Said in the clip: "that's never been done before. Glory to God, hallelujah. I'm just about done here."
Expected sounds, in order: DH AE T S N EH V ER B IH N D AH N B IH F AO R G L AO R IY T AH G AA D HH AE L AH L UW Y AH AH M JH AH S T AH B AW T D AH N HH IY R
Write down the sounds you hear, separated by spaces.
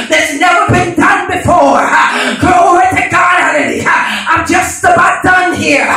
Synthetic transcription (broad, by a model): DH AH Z N EH V ER B IH N D AH N B IH F AO R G AO IY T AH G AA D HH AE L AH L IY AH AH M JH AH S T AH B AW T D AH N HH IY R